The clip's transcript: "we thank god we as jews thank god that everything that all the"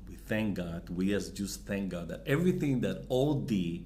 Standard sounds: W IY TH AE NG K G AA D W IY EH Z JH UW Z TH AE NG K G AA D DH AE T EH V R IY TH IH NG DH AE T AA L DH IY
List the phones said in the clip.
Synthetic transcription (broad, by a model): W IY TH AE NG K G AA D W IY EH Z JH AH S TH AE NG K G AA D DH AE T EH V R IY TH IH NG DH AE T AA L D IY